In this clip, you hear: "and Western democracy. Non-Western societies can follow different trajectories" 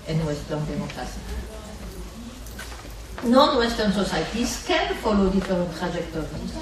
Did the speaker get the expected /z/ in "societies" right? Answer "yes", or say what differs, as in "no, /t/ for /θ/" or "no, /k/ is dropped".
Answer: no, /s/ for /z/